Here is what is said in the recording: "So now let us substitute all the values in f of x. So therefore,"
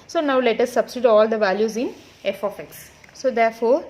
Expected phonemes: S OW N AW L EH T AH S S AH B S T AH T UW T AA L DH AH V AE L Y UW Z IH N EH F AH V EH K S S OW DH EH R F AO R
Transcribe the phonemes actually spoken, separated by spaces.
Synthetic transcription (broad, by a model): S OW N AW L EH T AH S S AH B S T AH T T AA L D AH V AE L Y UW Z IH N EH F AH F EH K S S OW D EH R F AO R